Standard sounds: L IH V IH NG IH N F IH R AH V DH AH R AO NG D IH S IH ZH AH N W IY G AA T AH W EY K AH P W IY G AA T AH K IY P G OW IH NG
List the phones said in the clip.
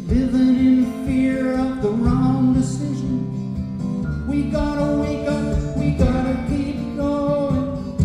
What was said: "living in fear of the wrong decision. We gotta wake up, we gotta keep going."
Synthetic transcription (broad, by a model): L IH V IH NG IH N F IH R AH V DH AH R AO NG D IH S IH ZH AH N W IY G AA T AH W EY K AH W IY G AA T AH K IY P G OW